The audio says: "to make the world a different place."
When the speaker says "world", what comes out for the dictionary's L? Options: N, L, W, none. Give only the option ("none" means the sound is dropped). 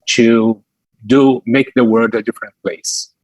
none